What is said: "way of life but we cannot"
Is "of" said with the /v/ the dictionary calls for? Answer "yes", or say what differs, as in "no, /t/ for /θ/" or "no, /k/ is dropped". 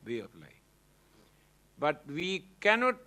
no, /p/ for /v/